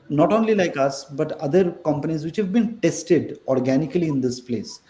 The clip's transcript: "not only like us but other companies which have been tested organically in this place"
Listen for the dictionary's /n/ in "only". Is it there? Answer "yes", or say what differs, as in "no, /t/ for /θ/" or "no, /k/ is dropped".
yes